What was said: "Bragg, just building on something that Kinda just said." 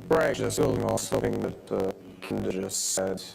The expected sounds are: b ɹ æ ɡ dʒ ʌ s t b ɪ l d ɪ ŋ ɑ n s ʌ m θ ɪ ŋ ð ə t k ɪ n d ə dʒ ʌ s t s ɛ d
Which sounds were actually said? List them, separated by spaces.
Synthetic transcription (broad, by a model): ɹ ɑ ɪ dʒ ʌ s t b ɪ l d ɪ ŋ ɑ l s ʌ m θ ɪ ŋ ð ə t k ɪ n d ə dʒ ʌ s t s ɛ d